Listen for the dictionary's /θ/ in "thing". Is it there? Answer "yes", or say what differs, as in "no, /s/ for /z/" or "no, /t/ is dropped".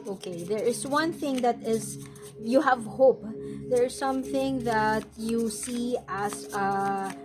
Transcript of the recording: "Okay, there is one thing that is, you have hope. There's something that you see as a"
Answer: yes